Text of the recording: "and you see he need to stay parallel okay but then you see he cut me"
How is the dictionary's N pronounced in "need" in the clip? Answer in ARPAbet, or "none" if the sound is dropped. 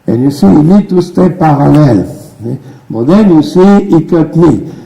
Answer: L